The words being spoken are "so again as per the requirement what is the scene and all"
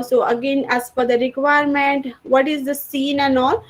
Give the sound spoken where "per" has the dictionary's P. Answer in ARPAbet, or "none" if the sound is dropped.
F